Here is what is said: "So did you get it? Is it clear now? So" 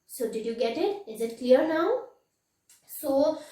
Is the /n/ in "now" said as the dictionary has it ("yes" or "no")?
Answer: yes